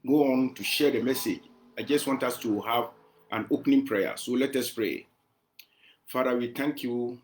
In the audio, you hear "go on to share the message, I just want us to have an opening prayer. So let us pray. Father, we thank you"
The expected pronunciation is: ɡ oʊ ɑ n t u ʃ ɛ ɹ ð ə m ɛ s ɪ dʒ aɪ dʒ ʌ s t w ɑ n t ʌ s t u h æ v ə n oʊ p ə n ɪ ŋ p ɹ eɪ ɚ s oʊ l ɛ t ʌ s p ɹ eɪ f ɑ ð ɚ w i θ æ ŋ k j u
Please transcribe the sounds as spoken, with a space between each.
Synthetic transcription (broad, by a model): ɡ oʊ ɑ n t u ʃ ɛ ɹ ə m ɛ s ɪ dʒ aɪ dʒ ʌ s t w ɑ n t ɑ s t u h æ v ə n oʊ p n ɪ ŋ p ɹ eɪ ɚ s oʊ l ɛ t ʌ s p ɹ eɪ f ɑ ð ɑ w i t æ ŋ k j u